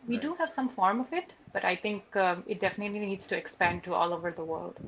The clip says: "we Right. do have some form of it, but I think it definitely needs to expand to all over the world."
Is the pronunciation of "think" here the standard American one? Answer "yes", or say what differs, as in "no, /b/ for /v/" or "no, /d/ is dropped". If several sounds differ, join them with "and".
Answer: no, /t/ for /θ/